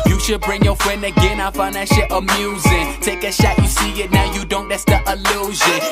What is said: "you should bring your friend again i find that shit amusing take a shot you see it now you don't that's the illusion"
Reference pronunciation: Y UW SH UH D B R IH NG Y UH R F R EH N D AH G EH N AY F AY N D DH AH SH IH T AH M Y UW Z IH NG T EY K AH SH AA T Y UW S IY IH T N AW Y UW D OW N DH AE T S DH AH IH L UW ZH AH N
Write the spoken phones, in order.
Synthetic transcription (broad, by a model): Y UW SH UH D B R IH NG Y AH R F R EH N D AH G EH N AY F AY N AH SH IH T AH M Y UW Z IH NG T EY K AH SH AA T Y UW S IY IH T N AW Y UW D OW N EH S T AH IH L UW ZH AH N